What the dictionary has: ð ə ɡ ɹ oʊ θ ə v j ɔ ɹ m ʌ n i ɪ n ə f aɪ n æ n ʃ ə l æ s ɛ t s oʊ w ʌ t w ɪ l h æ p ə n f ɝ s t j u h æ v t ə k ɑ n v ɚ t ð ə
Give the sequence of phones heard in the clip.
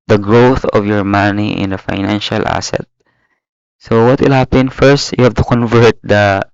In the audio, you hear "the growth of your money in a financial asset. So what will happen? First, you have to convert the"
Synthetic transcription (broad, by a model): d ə ɡ ɹ oʊ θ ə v j ɔ ɹ m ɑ n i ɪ n ə f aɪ n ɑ n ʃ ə l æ s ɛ t s oʊ w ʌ t w ɪ l h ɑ p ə n f ɝ s t j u h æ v t ə k ɑ n v ɚ t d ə